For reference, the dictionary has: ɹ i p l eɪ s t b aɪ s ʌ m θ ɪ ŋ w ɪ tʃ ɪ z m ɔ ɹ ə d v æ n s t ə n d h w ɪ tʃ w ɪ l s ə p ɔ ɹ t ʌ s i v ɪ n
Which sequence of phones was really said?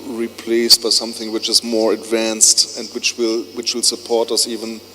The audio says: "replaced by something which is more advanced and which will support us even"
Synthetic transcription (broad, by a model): ɹ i p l eɪ s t b aɪ s ʌ m θ ɪ ŋ w ɪ tʃ ɪ z m ɔ ɹ ə d v æ n s t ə n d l w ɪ tʃ w ɪ l s ə p ɔ ɹ t ʌ s i v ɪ n